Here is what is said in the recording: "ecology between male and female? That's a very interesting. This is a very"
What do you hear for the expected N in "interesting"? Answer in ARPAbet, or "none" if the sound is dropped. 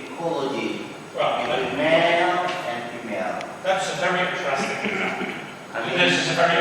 none